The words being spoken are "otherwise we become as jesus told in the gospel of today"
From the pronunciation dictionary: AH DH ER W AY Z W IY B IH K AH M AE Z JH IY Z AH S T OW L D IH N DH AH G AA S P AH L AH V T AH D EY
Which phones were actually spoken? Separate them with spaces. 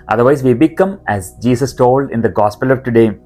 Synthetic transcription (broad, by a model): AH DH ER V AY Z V IY B IH K AH M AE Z JH IY S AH S T OW L D IH N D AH G AA S P AH L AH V T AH D EY